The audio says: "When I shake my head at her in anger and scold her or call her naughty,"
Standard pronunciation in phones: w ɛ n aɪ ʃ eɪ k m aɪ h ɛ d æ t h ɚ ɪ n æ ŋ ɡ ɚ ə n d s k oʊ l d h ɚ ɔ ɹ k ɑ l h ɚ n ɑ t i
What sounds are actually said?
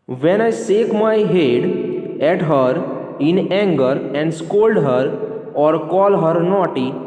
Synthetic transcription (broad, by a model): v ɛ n aɪ s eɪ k m aɪ h ɛ d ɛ t h ɚ ɪ n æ ŋ ɡ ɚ ə n d s k oʊ l d h ɚ ɔ ɹ k ɑ l h ɚ n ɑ t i